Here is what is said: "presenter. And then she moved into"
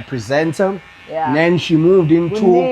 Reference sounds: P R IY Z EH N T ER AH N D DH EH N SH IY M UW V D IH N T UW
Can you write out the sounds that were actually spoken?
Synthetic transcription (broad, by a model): P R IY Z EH N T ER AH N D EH N SH IY M UW V D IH N T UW